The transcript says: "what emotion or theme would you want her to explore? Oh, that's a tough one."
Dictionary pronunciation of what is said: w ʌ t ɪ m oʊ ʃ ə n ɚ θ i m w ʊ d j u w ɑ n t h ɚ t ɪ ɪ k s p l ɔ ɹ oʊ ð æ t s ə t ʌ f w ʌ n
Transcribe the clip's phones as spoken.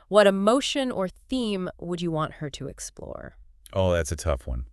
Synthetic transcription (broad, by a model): w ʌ t ɪ m oʊ ʃ ə n ɚ θ i m w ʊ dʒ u w ɑ n t h ɚ t ɪ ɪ k s p l ɔ ɹ oʊ ð æ t s ə t ʌ f w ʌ n